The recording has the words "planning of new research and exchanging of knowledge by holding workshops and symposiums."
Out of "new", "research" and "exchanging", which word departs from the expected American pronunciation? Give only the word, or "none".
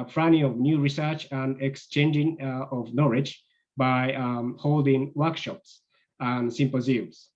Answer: none